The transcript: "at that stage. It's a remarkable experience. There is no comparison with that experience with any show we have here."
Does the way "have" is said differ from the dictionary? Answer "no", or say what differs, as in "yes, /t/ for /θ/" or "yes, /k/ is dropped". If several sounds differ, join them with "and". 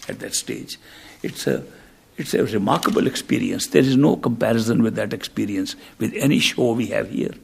no